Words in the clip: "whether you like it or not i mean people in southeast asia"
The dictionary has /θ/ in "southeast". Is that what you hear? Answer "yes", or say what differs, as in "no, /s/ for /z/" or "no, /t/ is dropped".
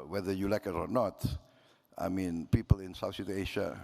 no, /s/ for /θ/